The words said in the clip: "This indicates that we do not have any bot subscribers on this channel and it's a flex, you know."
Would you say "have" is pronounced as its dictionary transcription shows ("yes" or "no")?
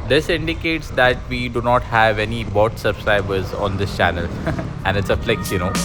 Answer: yes